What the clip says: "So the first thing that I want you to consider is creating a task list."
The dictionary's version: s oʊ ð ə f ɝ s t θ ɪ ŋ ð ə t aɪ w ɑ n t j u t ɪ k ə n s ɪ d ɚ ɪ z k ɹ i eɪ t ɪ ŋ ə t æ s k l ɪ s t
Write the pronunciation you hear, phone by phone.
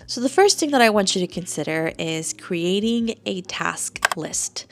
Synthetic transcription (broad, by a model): s oʊ ð ə f ɝ s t θ ɪ ŋ ð ə t aɪ w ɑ n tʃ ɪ t ɪ k ə n s ɪ d ɚ ɪ z k ɹ i eɪ t ɪ ŋ ə t æ s k l ɪ s t